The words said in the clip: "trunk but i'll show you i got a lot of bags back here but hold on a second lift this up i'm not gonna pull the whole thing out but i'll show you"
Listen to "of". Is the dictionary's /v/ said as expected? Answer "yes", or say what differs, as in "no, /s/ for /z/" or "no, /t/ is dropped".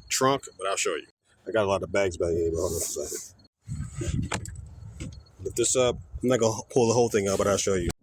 yes